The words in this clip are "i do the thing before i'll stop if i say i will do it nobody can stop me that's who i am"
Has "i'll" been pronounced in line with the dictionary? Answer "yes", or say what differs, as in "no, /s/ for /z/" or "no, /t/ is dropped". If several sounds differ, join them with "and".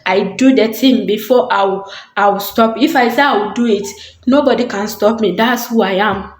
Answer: no, /w/ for /l/